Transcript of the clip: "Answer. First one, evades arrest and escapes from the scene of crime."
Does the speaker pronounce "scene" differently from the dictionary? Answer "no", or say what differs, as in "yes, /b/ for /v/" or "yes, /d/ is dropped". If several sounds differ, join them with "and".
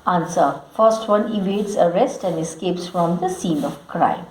no